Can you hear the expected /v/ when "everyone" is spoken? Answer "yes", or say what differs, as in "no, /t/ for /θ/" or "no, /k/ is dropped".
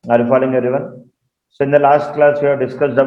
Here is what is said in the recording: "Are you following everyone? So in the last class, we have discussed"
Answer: no, /v/ is dropped